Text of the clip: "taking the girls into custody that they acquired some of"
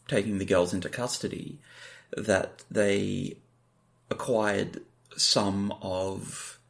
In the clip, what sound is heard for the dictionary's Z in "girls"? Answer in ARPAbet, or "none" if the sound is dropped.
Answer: Z